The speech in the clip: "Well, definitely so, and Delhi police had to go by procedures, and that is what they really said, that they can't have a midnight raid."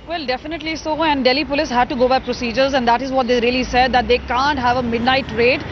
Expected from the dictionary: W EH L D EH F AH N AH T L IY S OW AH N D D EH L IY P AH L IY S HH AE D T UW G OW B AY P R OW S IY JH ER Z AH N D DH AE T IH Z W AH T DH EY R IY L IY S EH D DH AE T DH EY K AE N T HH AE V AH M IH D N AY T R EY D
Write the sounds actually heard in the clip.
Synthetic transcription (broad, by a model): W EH L D EH F AH N AH T L IY S OW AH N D D EH L IY P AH L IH S HH AE D T UW G OW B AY P R OW S IY JH ER Z AH N D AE T IH Z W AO T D EY R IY L IY S EH D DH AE T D EY K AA N T HH AE V AH M IH D N AY T R EY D